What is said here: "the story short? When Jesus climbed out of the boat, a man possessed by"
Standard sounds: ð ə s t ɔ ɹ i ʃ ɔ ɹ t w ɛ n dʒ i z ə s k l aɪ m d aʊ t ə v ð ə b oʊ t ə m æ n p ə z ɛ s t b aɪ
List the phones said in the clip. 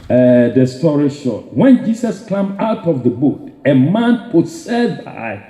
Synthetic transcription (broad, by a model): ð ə s t ɔ ɹ i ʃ ɔ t w ɛ n dʒ i s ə s k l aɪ m aʊ t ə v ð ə b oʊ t ə m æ n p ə s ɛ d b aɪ